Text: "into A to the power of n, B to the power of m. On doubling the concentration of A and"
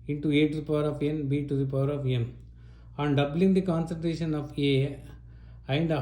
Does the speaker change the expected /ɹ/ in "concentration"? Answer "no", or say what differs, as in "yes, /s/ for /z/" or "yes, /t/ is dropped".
no